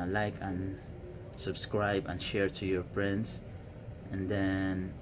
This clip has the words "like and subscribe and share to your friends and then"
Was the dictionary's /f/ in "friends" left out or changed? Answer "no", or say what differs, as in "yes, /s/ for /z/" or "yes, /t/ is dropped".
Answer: yes, /p/ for /f/